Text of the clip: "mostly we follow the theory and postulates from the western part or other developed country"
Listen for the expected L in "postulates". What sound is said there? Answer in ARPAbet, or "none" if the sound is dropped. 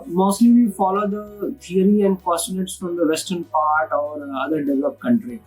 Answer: N